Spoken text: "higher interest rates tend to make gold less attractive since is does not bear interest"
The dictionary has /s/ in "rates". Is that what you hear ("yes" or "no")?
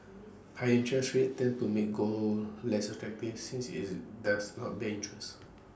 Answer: no